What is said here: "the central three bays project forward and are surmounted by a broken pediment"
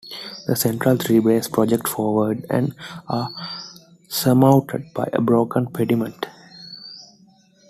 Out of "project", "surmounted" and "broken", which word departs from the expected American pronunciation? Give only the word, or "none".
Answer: surmounted